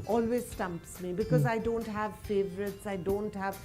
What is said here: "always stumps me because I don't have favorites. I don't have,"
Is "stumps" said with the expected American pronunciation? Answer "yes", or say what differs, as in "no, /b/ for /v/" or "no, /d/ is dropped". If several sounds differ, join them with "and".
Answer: yes